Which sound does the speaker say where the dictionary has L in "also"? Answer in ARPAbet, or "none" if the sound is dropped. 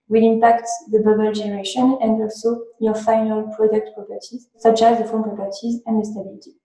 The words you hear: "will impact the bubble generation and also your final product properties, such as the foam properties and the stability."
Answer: L